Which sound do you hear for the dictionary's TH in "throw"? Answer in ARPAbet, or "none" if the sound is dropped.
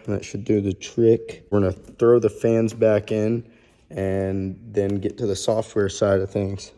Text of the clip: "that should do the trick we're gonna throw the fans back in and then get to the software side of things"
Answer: TH